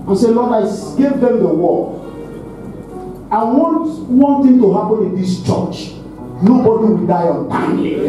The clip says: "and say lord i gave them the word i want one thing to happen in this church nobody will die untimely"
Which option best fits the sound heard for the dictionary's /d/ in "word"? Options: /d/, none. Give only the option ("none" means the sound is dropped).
none